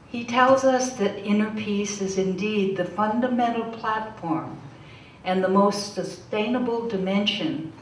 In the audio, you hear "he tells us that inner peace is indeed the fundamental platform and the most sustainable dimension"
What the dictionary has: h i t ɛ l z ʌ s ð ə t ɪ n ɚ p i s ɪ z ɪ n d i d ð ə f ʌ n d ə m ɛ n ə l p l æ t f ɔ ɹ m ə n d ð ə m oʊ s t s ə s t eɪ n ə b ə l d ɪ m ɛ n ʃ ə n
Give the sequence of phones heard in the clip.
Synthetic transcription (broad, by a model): h i t ɛ l z ʌ s ð ə t ɪ n ɚ p i s ɪ z ɪ n d i d ð ə f ʌ n d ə m ɛ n l p l æ t f ɔ ɹ m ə n ð ə m oʊ s t s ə s t eɪ n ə b l d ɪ m ɛ n ʃ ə n